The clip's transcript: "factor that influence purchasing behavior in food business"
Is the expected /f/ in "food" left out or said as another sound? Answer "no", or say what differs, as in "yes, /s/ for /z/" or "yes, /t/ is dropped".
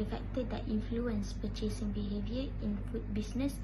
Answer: yes, /p/ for /f/